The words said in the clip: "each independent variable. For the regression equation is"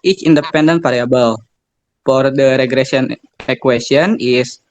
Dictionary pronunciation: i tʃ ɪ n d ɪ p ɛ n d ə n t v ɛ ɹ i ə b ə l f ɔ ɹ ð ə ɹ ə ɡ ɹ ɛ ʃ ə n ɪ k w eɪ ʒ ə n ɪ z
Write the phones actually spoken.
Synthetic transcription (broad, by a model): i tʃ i n d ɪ p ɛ n d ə n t p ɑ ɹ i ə b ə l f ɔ ɹ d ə ɹ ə ɡ ɹ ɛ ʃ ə n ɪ k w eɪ s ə n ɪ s